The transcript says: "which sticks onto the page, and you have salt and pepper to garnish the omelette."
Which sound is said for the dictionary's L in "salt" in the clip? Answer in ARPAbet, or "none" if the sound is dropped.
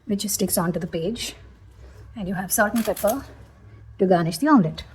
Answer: none